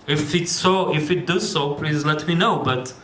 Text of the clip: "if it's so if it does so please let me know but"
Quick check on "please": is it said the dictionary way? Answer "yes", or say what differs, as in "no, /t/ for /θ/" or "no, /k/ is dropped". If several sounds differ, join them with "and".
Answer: yes